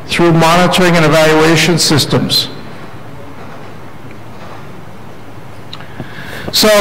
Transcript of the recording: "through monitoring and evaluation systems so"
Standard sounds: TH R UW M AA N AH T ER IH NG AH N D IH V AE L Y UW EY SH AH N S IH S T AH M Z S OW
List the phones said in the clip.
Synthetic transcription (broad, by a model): TH R UW M AA N AH T ER IH NG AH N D IH V AE L Y UW EY SH AH N S IH S T AH M Z S OW